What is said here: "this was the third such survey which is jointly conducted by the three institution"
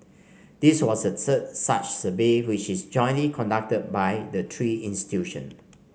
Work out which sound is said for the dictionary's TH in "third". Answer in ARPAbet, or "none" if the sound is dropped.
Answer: S